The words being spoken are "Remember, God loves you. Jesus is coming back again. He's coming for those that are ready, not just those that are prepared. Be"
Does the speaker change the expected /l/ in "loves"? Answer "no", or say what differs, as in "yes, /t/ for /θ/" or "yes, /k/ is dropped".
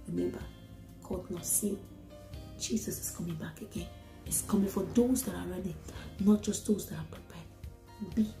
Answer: yes, /n/ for /l/